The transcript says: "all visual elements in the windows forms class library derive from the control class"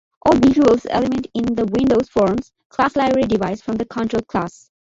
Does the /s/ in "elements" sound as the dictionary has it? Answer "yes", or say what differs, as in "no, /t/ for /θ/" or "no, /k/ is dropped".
no, /s/ is dropped